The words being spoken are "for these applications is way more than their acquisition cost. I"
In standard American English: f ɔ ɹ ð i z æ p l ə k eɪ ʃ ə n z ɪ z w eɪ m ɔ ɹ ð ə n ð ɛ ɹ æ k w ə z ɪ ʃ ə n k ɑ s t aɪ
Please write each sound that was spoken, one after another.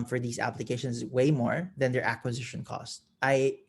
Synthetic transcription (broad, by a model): f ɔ ɹ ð i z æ p l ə k eɪ ʃ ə n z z w eɪ m ɔ ɹ ð ə n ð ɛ ɹ æ k w ə z ɪ ʃ ə n k ɑ s t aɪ